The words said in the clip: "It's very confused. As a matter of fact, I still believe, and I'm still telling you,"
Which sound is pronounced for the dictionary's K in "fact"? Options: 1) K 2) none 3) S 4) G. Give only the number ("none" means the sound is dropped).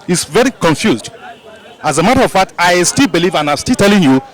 2